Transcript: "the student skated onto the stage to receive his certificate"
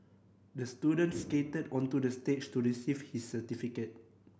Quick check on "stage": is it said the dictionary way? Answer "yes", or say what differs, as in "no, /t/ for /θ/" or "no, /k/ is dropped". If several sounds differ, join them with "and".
no, /tʃ/ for /dʒ/